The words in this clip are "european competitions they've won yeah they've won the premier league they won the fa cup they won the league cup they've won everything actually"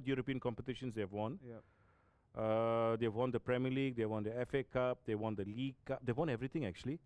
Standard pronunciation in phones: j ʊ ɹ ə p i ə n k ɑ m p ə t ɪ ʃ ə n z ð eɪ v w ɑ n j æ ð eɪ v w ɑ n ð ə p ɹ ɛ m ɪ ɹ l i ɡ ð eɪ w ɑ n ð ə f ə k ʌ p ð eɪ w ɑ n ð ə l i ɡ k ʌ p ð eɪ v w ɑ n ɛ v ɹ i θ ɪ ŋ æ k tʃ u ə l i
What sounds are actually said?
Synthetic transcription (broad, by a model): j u ɹ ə p i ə n k ɑ m p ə t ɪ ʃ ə n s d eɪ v w ɑ n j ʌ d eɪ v w ɑ n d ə p ɹ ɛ m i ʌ l i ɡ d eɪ w ɑ n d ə f ə k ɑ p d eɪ w ɑ n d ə l i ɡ k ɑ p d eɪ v w ɑ n ɛ v ɹ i t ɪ ŋ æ k tʃ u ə l i